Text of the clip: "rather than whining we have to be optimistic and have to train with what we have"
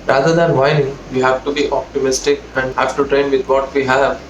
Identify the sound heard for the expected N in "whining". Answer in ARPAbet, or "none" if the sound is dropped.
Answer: none